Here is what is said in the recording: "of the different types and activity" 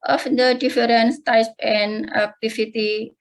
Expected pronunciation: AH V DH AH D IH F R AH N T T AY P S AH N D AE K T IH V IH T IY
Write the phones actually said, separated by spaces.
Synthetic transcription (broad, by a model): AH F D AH D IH F R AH N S T AY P AH N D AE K T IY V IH T IY